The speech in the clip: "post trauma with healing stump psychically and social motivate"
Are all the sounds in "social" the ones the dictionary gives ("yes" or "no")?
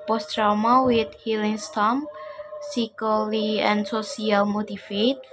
no